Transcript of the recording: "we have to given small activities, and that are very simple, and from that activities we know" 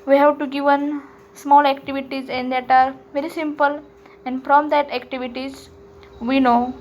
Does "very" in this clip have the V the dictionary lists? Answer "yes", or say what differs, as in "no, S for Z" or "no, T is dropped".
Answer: yes